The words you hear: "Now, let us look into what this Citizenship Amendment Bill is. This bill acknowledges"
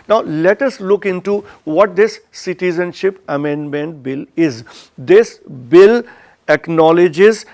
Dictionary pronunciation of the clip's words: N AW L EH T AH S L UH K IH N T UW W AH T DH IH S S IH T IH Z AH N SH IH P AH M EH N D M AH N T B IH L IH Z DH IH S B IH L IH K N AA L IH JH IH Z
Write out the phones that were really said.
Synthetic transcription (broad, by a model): N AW L EH T AH S L UH K IH N T UW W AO T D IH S S IH T IH Z AH N SH IH P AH M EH N D M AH N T B IH L IH Z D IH S B IH L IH K N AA L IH JH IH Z